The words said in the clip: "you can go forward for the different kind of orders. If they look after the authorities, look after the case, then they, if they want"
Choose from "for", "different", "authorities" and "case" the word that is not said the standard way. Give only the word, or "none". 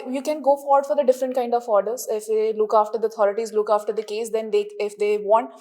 authorities